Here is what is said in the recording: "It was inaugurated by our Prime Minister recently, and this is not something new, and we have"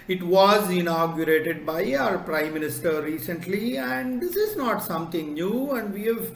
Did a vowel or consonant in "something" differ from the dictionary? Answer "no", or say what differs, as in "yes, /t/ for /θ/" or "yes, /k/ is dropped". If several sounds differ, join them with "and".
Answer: yes, /t/ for /θ/